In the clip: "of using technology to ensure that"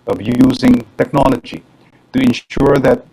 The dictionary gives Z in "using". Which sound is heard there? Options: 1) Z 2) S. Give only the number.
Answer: 1